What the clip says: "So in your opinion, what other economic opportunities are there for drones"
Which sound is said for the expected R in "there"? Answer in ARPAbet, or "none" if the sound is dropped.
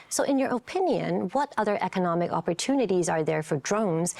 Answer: R